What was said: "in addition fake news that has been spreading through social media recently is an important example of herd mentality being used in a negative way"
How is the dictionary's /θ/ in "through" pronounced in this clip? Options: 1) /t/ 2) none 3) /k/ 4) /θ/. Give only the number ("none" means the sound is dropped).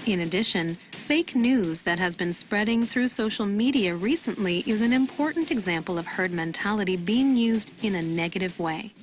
4